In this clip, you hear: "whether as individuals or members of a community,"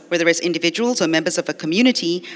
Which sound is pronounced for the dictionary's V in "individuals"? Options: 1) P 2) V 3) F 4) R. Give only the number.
2